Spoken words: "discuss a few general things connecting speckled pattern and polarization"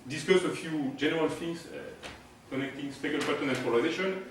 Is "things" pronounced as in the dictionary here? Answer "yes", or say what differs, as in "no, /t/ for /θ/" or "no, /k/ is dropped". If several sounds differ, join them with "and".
no, /f/ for /θ/